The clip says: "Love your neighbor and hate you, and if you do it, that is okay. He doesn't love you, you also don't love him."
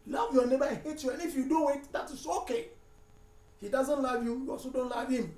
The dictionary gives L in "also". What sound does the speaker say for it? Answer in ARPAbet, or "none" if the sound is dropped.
none